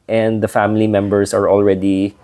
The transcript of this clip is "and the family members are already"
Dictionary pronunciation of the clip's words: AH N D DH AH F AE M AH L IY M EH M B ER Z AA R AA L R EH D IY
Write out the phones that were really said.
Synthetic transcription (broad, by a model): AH N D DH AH F AE M AH L IY M EH M B ER S AA R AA L R EH D IY